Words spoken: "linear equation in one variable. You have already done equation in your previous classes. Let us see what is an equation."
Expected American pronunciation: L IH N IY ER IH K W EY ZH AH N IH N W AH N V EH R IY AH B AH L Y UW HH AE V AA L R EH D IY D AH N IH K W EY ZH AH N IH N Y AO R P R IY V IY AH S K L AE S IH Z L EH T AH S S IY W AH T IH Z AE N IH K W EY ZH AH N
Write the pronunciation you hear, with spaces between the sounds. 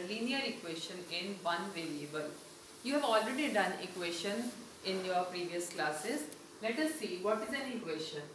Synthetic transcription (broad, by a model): L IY N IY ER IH K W EY SH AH N IH N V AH N V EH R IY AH B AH L Y UW HH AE V AA L R EH D IY D AH N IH K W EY SH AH N IH N Y AO R P R IY V IY AH S K L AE S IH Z L EH T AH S S IY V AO T IH Z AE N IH K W EY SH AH N